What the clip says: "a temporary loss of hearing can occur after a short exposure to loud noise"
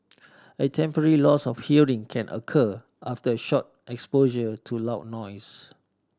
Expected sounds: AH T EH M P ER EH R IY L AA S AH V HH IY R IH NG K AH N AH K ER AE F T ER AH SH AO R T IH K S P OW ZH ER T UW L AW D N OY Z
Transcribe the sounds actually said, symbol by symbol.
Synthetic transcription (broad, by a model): AH T EH M P ER EH R IY L AA S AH F HH IY R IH NG K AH N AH K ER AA F T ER AH SH AO T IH K S P OW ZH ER T UW L AW N OY S